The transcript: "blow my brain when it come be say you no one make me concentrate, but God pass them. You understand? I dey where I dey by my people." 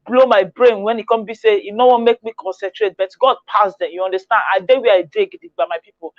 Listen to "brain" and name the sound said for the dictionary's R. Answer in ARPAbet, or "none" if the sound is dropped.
R